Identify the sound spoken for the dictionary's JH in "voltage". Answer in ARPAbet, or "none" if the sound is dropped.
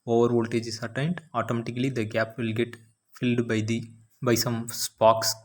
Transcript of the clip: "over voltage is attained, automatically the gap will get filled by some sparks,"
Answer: JH